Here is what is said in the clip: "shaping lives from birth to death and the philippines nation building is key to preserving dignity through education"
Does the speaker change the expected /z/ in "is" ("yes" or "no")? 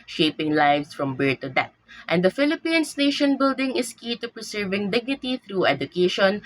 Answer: yes